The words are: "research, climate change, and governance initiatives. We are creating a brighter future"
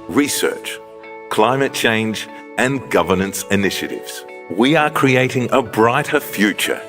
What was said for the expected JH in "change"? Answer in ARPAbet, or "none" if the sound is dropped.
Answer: JH